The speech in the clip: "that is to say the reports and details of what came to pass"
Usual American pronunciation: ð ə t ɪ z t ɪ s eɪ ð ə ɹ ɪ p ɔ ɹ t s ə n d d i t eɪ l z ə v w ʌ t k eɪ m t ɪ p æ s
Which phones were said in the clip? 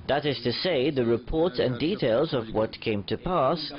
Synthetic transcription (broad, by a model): ð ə t ɪ z t ɪ s eɪ ð ə ɹ ɪ p ɔ ɹ t s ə n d d i t eɪ l z ə v w ʌ t k eɪ m t ɪ p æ s